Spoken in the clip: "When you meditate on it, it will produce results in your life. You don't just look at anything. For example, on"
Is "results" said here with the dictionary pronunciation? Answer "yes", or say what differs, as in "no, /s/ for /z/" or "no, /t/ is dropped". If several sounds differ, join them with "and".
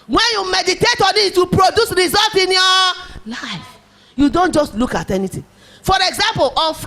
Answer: no, /s/ is dropped